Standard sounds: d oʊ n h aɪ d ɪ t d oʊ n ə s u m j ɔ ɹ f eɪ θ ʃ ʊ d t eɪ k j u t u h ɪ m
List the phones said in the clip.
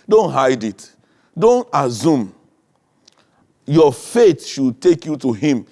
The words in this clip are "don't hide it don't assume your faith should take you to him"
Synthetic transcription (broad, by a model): d oʊ n h aɪ d ɪ t d oʊ n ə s u m j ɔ f eɪ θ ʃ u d t eɪ k j u t u h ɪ m